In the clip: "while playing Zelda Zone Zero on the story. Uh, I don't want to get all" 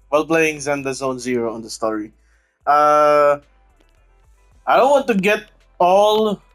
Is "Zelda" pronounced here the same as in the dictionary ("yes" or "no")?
no